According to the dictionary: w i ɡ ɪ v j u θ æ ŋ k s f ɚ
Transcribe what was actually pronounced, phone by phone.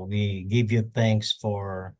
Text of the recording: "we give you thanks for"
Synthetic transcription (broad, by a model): w i ɡ ɪ v j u θ æ ŋ k s f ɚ